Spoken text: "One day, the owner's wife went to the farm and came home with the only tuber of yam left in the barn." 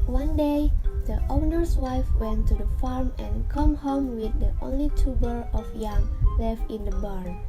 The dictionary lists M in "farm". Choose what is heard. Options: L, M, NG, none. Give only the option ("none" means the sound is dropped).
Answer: M